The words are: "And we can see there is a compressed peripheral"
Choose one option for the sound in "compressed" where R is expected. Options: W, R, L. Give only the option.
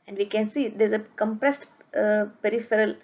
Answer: R